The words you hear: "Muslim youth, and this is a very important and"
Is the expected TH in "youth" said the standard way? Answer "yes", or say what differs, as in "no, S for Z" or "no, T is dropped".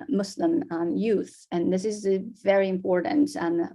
yes